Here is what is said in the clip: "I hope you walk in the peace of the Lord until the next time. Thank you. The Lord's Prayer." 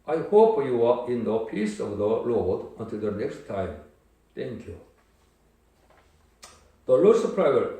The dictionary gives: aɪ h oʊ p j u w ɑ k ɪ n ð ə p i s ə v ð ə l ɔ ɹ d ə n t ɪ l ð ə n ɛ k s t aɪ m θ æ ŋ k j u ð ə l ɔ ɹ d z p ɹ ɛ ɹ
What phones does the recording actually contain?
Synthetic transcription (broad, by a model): aɪ h oʊ p j u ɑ ɪ n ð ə p i s ə v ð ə l ɔ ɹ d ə n t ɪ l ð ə n ɛ k s t aɪ m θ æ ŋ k j u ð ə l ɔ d s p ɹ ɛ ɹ